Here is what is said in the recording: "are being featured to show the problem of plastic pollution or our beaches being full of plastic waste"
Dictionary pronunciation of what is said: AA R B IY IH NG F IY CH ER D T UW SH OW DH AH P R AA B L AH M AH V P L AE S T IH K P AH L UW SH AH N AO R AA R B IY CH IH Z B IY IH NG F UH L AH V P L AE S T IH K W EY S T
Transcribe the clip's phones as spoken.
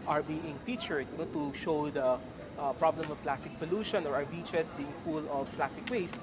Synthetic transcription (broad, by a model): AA R B IY IH NG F IY CH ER D T UW SH OW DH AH P R AA B L AH M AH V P L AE S T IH K P AH L UW SH AH N AO R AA R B IY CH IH S B IY IH NG F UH L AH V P L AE S T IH K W EY S